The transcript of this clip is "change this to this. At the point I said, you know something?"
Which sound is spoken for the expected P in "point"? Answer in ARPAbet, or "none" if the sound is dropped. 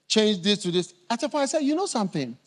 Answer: F